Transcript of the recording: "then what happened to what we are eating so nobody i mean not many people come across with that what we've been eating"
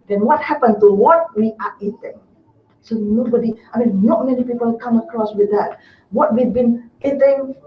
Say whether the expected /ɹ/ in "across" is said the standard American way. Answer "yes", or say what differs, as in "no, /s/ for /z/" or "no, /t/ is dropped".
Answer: yes